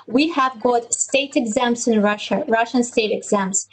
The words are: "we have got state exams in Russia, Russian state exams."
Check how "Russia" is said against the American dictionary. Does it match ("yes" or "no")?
yes